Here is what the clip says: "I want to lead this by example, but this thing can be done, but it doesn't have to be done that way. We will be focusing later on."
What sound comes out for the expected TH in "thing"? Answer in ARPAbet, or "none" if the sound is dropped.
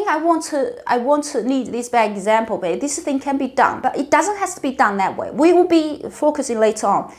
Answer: TH